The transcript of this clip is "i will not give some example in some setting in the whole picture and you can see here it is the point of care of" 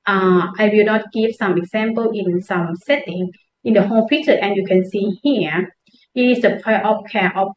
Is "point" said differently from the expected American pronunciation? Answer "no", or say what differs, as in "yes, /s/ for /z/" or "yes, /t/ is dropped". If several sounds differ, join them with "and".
yes, /n/ is dropped